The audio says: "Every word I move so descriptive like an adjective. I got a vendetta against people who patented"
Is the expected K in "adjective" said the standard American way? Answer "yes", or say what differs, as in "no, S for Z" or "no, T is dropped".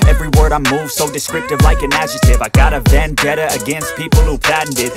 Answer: no, K is dropped